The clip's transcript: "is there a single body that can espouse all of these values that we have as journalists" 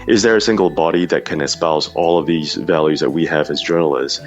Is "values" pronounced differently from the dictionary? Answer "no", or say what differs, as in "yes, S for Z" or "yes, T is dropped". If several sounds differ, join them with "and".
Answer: no